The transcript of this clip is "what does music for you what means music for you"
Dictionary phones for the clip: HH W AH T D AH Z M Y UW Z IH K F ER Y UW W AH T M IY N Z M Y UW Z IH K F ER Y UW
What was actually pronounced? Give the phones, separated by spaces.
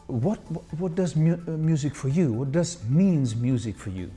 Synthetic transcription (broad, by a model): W W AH T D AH Z M Y UW Z IH K F ER Y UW W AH T M IY N Z M Y UW Z IH K F ER Y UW